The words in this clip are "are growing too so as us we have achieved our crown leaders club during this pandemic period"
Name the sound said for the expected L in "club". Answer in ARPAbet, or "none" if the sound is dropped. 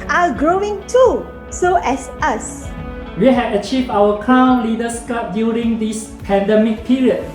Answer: none